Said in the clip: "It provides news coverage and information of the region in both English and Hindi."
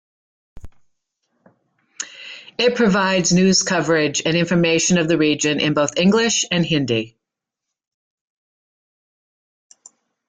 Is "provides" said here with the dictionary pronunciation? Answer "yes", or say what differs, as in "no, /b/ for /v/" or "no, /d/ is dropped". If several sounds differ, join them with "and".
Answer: yes